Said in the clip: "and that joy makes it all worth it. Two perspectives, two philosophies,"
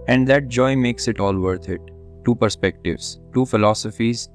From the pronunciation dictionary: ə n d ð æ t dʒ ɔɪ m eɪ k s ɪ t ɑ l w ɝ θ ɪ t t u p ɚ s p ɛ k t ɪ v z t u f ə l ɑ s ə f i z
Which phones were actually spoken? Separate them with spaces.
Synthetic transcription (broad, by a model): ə n d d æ t dʒ ɔɪ m eɪ k s ɪ t ɑ l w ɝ t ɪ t t u p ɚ s p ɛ k t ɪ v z t u f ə l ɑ s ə f i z